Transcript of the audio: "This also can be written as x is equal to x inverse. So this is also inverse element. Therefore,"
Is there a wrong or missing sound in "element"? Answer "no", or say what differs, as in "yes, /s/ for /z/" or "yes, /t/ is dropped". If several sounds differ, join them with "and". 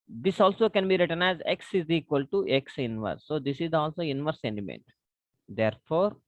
yes, /n/ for /l/